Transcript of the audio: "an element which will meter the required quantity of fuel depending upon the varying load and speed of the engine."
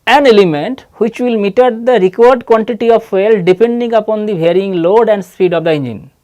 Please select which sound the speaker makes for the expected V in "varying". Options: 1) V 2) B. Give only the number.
2